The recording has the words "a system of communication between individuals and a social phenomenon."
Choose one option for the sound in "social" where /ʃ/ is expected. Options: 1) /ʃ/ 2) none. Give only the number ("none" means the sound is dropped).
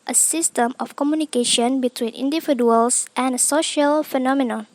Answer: 1